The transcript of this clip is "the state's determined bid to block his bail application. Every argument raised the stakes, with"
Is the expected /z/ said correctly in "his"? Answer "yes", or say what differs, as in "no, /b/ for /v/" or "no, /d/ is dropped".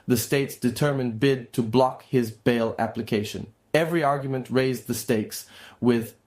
yes